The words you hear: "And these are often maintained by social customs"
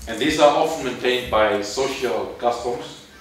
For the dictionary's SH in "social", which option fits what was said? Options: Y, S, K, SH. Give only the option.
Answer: SH